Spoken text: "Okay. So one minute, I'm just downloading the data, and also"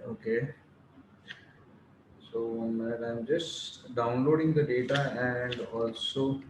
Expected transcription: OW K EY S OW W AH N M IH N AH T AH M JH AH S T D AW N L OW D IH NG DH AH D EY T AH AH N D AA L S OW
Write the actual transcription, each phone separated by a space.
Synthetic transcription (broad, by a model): OW K EY S OW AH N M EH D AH AH M JH AH S T D AW N L OW D IH NG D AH D EY T AH AH N D AA L S OW